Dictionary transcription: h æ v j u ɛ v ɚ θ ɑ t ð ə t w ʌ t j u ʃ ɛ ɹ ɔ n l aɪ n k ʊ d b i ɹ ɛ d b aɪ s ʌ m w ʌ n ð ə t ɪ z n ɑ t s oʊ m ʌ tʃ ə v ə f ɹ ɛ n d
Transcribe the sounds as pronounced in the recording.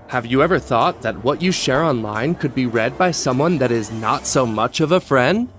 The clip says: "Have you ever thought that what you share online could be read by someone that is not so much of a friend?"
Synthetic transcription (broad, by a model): h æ v j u ɛ v ɚ θ ɑ t ð ə t w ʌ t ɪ ʃ ɛ ɹ ɔ n l aɪ n k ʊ d b i ɹ ɛ d b aɪ s ʌ m w ʌ n ð ə t ɪ z n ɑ t s oʊ m ʌ tʃ ə v ə f ɹ ɛ n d